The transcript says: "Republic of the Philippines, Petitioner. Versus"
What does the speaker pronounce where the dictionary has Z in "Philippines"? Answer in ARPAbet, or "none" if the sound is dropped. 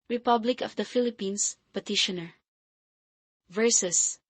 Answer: S